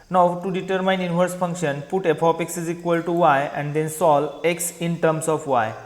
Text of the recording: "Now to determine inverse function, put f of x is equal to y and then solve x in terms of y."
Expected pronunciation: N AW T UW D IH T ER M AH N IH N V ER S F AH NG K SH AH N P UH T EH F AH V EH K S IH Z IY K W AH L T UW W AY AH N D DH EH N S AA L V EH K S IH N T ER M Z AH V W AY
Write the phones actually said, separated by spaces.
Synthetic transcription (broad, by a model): N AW T UW D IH T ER M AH N IH N V ER S F AH NG K SH AH N P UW T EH P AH P EH K S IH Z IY K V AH L T UW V AY AH N D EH N S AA L EH K S IH N T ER M S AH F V AY